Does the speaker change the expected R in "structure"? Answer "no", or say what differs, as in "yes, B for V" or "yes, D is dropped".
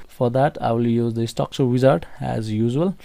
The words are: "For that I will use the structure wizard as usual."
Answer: yes, R is dropped